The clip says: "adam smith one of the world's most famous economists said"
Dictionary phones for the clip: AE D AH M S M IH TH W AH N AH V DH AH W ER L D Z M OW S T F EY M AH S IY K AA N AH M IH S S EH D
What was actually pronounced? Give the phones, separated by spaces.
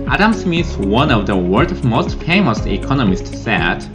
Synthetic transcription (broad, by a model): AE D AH M S M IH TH W AH N AH V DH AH W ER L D M OW S T F EY M AH S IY K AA N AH M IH S S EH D